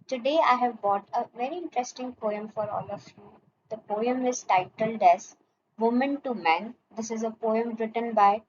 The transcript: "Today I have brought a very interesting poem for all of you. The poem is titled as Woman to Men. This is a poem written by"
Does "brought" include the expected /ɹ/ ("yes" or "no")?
no